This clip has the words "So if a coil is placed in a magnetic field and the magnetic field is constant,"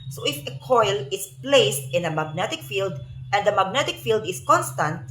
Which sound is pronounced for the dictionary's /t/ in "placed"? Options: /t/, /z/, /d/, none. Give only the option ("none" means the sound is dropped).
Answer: /t/